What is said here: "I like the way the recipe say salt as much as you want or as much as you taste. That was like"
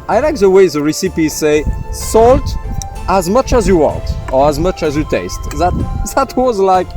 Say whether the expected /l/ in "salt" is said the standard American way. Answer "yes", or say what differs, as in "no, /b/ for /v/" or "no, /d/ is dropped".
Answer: yes